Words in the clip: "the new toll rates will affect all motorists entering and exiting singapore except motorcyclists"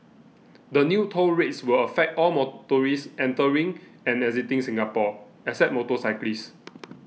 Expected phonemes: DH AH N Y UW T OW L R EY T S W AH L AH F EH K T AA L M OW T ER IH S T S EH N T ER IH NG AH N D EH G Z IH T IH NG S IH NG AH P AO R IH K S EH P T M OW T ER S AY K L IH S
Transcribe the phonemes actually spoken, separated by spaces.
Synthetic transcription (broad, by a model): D AH N Y UW T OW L R EY T S W AH L AH F EH K T AA L M OW T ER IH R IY S EH N T ER IH NG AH N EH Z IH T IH NG S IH NG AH P AO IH S EH T M OW T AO S AY K L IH S